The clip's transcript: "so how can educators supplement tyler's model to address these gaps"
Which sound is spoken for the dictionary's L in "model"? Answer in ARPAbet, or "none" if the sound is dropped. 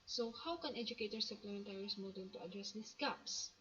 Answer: N